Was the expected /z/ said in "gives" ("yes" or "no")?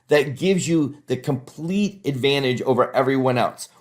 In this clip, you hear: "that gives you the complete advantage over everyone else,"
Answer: yes